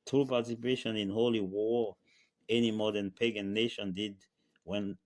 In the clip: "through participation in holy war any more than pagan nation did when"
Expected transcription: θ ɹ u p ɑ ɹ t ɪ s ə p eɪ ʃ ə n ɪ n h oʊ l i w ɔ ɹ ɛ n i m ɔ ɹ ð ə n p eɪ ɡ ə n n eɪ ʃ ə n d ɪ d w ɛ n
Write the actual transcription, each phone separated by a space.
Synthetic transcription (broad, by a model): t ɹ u p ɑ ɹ t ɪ s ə p eɪ ʃ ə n ɪ n h oʊ l i w ɔ ɹ ɛ n i m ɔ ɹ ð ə n p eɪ ɡ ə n n eɪ ʃ ə n d ɪ d w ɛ n